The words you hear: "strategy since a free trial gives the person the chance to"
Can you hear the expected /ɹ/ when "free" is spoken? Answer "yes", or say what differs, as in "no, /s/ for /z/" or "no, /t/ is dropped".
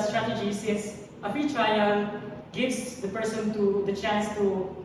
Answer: no, /ɹ/ is dropped